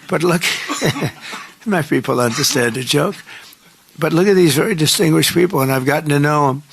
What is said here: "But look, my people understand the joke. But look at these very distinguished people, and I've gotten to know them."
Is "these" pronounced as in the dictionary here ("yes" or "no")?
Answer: yes